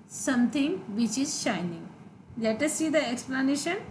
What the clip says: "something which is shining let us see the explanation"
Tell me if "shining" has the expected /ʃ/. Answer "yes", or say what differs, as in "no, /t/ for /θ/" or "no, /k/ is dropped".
yes